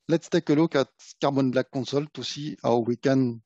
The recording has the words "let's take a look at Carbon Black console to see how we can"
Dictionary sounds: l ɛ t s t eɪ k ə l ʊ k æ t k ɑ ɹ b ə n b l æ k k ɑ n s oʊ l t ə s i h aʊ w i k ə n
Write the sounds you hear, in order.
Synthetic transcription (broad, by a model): l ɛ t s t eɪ k ə l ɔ k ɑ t k ɑ ɹ b ə n b l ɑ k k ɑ s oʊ l t ə s i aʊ w i k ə n